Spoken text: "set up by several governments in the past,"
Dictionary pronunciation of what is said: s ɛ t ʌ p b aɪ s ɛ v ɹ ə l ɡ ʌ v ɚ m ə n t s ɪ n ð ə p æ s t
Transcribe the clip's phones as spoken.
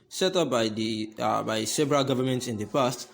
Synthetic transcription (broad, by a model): s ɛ t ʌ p b aɪ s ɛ b ɹ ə l ɡ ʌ v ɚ m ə n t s ɪ n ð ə p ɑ s t